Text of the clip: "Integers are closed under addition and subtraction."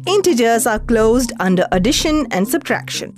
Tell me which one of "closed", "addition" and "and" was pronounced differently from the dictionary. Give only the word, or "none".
none